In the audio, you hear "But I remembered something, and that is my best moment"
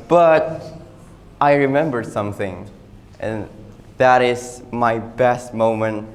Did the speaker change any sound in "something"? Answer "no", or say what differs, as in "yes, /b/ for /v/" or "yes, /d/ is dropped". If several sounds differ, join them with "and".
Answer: no